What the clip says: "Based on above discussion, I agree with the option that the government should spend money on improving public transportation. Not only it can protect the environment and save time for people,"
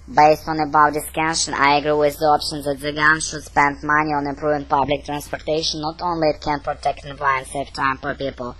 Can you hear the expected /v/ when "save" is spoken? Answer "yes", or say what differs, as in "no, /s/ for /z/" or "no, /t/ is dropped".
no, /f/ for /v/